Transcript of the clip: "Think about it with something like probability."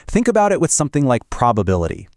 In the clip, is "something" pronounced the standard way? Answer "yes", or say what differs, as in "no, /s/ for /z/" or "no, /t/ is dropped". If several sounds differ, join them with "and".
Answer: yes